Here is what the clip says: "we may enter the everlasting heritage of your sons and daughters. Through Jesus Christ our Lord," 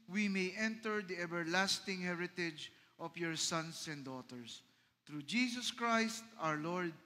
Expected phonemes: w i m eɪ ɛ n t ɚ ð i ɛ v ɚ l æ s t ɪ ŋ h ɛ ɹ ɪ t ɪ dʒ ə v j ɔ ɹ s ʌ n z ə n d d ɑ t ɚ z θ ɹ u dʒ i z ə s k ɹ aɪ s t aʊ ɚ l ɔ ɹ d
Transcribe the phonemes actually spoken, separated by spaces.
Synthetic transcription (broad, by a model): w i m eɪ ɛ n t ɚ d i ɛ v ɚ l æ s t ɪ ŋ h ɛ ɹ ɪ t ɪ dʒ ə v j ɔ ɹ s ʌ n s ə n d d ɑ t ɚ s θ ɹ u dʒ i s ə s k ɹ aɪ s t aʊ ɚ l ɔ ɹ d